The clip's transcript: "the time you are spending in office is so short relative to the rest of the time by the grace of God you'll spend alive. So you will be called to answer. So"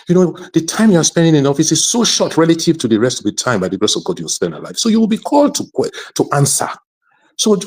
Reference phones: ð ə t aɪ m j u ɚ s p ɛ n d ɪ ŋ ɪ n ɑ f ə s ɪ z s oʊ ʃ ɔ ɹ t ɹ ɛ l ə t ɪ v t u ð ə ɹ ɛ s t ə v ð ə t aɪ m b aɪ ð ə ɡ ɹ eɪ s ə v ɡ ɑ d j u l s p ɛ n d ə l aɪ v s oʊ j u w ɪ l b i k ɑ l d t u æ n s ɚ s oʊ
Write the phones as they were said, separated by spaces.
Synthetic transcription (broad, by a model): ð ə t aɪ m j u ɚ s p ɛ n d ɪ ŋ ɪ n ɑ f ə s ɪ z s oʊ ʃ ɔ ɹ t ɹ ɛ l ə t ɪ v t u ð ə ɹ ɛ s t ə v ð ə t aɪ m b aɪ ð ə ɡ ɹ eɪ s ə v ɡ ɑ d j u w s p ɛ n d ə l aɪ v s oʊ j u w ɪ l b i k ɑ l d t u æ n s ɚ s oʊ